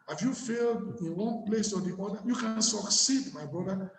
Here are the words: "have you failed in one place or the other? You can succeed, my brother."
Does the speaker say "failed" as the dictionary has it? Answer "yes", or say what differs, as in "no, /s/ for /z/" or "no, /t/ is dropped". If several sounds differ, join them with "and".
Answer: yes